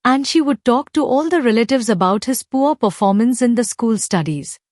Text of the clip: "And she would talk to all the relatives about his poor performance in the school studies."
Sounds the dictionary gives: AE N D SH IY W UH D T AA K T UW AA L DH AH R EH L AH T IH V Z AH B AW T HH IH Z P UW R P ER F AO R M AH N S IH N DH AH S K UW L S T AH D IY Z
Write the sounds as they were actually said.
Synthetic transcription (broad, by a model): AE N D SH IY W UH D T AA K T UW AA L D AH R EH L AH T IH V Z AH B AW T HH IH Z P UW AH P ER F AO R M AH N S IH N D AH S K UW L S T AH D IY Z